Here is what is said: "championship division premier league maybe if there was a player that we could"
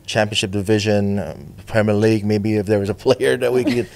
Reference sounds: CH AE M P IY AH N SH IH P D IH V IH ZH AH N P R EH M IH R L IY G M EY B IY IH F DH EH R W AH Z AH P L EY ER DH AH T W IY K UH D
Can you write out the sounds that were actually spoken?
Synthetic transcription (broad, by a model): CH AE M P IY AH N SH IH P D IH V IH ZH AH N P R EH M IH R L IY G M EY B IY IH F DH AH R W AH Z AH P L EY ER DH AH T W IY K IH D